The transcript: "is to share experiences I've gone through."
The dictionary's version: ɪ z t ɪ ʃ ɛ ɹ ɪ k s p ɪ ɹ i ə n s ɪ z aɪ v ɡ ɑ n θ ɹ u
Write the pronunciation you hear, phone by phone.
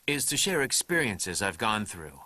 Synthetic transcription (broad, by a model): ɪ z t ɪ ʃ ɛ ɹ ɪ k s p ɪ ɹ i ə n s ɪ z aɪ v ɡ ɑ n θ ɹ u